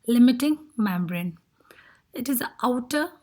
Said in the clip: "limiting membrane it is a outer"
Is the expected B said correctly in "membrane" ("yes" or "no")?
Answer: yes